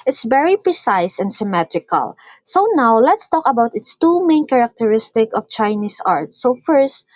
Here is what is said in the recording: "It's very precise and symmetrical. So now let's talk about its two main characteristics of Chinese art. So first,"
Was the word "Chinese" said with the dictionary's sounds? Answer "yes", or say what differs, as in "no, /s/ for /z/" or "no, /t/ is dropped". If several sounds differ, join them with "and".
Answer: no, /s/ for /z/